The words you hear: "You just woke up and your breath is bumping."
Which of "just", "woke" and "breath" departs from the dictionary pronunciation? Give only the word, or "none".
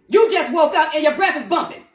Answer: none